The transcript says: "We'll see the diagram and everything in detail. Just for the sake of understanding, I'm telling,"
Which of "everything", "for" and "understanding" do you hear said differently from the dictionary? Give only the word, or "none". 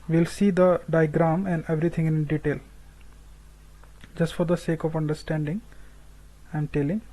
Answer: everything